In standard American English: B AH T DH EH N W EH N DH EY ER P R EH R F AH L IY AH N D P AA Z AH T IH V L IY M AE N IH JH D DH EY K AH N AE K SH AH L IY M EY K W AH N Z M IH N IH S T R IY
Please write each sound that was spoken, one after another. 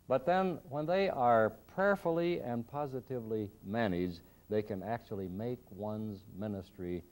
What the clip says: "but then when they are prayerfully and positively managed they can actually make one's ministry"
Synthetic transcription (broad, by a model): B AH T DH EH N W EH N DH EY ER P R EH R F L IY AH N P AA Z AH T IH V L IY M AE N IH JH DH EY K AH N AE K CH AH L IY M EY K W AH N Z M IH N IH S T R IY